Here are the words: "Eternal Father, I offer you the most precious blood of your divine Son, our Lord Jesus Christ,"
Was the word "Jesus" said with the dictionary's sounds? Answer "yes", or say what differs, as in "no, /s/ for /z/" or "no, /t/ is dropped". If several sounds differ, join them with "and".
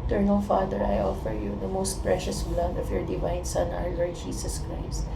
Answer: no, /s/ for /z/